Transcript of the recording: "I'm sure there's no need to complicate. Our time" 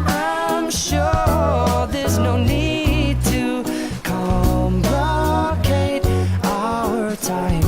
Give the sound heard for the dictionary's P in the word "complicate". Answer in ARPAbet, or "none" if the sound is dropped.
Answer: B